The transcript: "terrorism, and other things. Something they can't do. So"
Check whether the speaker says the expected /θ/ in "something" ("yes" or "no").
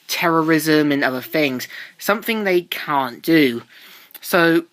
yes